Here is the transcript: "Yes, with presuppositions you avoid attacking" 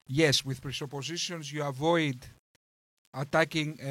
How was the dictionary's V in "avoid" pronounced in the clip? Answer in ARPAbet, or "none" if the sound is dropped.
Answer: V